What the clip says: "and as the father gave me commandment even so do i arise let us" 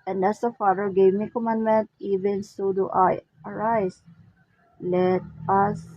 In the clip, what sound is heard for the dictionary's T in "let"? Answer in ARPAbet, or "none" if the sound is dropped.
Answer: T